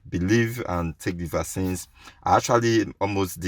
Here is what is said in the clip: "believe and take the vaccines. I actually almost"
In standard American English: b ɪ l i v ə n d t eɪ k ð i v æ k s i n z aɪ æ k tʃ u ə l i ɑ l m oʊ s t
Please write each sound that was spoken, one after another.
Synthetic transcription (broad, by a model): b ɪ l i v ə n t eɪ k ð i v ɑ s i n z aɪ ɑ k tʃ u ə l i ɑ l m oʊ s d